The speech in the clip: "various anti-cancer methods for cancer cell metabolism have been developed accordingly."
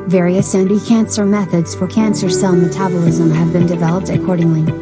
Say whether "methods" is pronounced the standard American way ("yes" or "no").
yes